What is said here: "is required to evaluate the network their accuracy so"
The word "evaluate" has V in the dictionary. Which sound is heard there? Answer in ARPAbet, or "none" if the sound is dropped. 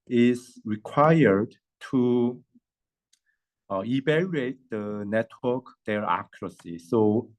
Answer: B